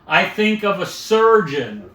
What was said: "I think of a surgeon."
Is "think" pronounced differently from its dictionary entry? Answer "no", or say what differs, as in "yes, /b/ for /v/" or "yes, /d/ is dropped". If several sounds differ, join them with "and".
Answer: no